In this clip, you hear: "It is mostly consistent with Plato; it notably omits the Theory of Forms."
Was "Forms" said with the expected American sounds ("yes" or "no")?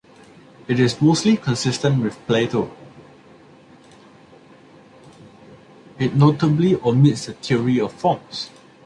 no